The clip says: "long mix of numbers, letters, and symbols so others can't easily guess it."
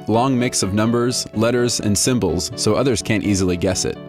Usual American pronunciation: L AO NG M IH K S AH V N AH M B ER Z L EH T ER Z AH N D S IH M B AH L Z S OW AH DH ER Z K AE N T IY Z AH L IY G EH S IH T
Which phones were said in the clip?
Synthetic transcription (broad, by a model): L AO NG M IH K S AH V N AH M B ER Z L EH T ER Z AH N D S IH M B L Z S OW AH DH ER Z K AE N T IY Z L IY G EH S IH T